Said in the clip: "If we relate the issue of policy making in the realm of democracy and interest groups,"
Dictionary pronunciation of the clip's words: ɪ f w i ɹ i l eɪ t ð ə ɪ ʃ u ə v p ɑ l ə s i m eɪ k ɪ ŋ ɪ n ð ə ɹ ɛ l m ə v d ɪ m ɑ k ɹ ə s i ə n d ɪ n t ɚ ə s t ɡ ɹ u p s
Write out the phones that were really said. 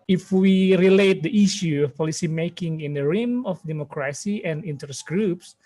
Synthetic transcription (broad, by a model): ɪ f w i ɹ i l eɪ t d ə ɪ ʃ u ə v p ɑ l ə s i m eɪ k ɪ ŋ ɪ n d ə ɹ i m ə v d ɪ m ɑ k ɹ ə s i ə n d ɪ n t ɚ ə s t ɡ ɹ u p s